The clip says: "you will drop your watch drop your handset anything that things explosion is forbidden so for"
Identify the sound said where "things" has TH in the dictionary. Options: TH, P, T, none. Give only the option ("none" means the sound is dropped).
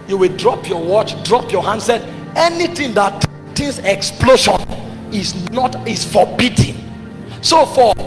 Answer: T